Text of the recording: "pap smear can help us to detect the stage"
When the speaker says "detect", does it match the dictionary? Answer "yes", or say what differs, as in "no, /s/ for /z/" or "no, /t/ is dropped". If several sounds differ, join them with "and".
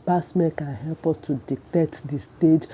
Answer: no, /k/ is dropped